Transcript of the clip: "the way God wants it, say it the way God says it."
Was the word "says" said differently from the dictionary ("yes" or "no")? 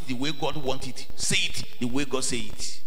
yes